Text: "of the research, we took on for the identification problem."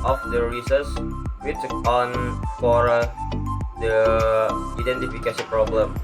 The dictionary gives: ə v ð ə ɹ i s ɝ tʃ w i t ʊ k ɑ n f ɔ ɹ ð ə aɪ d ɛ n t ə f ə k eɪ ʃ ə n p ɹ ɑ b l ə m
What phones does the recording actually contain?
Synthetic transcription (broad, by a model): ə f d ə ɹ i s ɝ s w i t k ɑ n f ɔ ɹ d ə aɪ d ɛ n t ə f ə k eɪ s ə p ɹ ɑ b l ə m